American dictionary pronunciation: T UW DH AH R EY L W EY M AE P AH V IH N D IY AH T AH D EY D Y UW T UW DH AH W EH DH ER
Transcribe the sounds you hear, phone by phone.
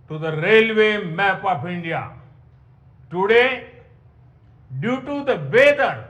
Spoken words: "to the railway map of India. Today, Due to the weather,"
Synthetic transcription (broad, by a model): T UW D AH R EY L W EY M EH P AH P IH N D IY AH T AH D EY D Y UW T UW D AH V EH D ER